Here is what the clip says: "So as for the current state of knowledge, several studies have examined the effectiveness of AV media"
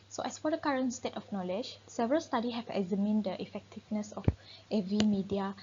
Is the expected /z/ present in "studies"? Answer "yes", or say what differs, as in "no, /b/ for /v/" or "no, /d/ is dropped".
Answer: no, /z/ is dropped